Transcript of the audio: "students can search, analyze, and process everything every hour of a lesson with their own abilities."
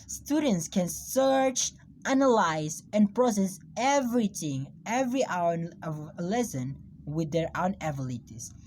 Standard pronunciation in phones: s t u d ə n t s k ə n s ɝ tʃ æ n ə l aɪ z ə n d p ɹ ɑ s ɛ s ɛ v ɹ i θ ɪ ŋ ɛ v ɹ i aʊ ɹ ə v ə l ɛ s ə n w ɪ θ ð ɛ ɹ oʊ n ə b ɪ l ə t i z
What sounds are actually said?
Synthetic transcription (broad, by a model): s t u d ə n t s k ə n s ɝ tʃ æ n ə l aɪ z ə n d p ɹ ɑ s ɛ s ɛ v ɹ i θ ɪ ŋ ɛ v ɹ i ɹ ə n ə l ɛ s ə n w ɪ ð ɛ ɹ oʊ n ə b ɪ l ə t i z